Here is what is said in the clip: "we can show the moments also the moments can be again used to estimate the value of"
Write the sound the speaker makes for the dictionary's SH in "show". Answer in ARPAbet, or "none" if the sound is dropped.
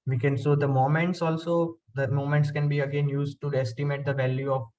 S